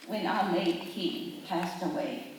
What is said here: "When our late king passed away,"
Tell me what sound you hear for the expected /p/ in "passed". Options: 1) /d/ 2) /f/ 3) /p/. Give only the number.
3